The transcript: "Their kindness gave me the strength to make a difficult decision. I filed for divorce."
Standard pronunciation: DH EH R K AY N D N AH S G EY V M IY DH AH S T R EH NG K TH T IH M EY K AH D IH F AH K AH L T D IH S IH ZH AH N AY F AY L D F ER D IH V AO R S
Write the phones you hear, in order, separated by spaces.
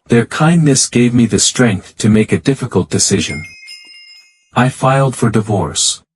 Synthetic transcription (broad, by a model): DH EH R K AY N N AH S G EY V M IY DH AH S T R EH NG K TH T IH M EY K AH D IH F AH K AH L T D IH S IH ZH AH N AY F AY L D F ER D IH V AO R S